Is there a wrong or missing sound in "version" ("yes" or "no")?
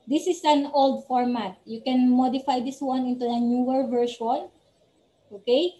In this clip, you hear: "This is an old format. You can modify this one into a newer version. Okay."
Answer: yes